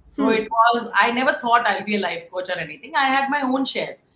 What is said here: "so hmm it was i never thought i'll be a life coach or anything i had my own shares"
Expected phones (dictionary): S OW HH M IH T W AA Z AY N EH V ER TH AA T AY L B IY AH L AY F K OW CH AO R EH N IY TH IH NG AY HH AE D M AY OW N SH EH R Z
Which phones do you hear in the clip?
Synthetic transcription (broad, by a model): S OW IH T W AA Z AY N EH V ER T AA T AY L B IY AH L AY F K OW CH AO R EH N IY T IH NG AY HH AE D M AY OW N SH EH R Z